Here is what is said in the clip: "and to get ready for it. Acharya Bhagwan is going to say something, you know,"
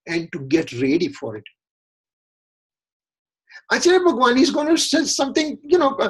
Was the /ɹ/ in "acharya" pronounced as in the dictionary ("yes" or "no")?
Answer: no